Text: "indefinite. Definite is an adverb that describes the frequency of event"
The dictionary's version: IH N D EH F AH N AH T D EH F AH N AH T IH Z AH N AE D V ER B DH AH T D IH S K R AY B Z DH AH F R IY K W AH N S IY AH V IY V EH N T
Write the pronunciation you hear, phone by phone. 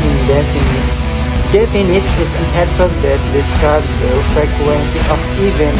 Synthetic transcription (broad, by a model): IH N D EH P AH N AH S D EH P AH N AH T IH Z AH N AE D F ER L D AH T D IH S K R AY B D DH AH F R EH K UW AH N S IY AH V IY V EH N